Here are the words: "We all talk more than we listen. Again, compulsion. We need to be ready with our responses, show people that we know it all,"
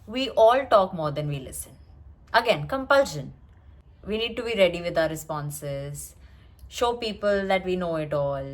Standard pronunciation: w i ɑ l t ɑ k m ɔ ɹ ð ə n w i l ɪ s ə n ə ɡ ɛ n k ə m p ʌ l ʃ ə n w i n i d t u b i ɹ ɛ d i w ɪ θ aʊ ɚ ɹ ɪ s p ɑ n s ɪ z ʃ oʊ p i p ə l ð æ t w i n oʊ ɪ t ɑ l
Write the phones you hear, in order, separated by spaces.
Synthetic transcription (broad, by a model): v i ɑ l t ɑ k m ɔ ɹ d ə n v i l ɪ s ə n ə ɡ ɛ n k ə m p ʌ l ʃ ə n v i n i d t u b i ɹ ɛ d i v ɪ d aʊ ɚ ɹ ɪ s p ɑ n s ɪ z ʃ oʊ p i p ə l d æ t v i n oʊ ɪ t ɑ l